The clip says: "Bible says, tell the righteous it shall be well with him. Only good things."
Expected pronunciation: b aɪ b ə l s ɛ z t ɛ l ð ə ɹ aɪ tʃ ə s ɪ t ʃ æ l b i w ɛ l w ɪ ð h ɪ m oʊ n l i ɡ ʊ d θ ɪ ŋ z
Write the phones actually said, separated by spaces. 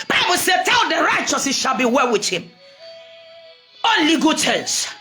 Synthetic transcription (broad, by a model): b aɪ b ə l s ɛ t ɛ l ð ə ɹ aɪ tʃ ə s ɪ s ʃ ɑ l b i w ɛ l w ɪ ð h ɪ m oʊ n l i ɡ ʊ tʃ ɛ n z